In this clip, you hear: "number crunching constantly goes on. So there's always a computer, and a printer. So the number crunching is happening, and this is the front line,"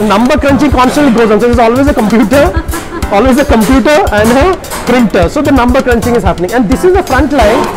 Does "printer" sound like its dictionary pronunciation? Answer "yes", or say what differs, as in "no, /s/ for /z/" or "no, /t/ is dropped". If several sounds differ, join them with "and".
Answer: yes